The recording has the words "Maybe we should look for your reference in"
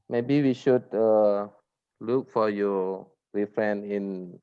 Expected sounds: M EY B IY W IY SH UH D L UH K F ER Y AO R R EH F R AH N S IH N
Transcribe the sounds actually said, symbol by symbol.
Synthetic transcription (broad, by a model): M EY B IY W IY SH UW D L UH K F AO Y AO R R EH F R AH N IH N